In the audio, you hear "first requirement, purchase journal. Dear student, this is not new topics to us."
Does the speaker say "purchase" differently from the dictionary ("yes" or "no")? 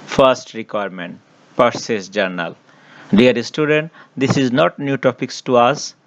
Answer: yes